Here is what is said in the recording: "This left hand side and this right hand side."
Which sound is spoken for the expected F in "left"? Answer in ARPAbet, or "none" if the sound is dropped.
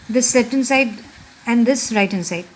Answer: P